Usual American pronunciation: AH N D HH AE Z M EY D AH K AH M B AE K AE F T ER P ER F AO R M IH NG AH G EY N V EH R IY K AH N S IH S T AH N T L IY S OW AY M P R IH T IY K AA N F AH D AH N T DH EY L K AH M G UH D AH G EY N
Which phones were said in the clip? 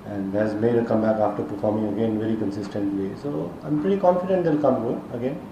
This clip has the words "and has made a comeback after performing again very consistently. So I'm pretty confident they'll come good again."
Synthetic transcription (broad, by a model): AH N D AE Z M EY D AH K AH M B AE K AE F T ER P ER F AO R M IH NG AH G EY N V EH R IY K AH N S IH S T AH N T L IY S OW AY M P R IH T IY K AA N F AH D AH N T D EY L K AH M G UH AH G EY N